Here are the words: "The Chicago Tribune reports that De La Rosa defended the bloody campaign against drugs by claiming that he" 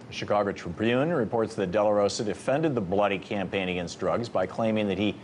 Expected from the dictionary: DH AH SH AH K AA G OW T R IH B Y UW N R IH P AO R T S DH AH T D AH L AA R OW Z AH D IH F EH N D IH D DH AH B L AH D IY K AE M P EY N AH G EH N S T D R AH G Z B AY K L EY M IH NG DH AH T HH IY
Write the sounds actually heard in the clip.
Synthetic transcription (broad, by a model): SH AH K AA G OW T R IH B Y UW N R IH P AO R T S DH AH T D AH L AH R OW S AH D IH F EH N D IH D DH AH B L AH D IY K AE M P EY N AH G EH N S T D R AH G Z B AY K L EY M IH NG DH AH T HH IY